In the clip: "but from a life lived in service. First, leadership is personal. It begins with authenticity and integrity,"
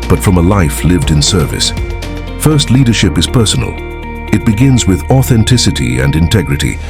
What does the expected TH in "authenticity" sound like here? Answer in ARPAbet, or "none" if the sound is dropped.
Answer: TH